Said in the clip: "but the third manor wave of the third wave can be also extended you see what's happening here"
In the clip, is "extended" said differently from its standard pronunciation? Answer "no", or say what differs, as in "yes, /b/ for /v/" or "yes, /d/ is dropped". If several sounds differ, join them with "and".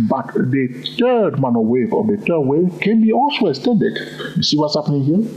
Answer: yes, /k/ is dropped